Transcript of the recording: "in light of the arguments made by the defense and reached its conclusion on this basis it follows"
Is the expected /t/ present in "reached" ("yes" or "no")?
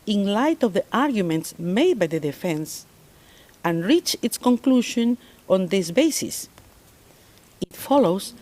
no